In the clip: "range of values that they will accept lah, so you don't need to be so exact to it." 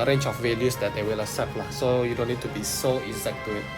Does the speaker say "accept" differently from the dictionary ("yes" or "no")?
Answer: yes